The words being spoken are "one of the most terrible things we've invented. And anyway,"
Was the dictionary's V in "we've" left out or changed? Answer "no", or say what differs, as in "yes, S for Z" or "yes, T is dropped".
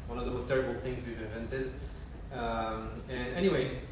no